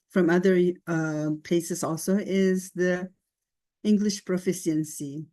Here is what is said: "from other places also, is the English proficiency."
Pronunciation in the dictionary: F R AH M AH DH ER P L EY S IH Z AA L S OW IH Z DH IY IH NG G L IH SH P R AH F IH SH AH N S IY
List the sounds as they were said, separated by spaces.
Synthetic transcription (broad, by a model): F R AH M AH DH ER P EY S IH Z AA L S OW IH Z DH IY IH NG G L IH SH P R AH F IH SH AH N S IY